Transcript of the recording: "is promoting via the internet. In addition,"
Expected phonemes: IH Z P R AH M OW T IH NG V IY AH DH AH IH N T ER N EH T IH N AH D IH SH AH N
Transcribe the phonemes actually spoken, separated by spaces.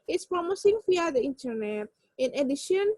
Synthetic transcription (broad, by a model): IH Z P R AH M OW S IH NG F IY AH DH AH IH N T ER N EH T IH N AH D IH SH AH N